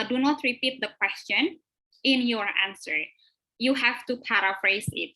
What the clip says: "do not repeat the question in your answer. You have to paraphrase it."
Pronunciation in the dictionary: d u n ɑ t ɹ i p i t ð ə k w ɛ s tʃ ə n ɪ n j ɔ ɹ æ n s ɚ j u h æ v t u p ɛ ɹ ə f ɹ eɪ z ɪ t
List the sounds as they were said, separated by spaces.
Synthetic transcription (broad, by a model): d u n ɑ t ɹ i p i t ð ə k w ɛ s tʃ ə n ɪ n j ɔ ɹ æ n s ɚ j u h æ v t u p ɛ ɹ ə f ɹ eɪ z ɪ t